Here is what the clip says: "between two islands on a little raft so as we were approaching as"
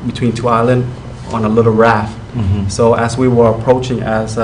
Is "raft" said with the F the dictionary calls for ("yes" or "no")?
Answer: yes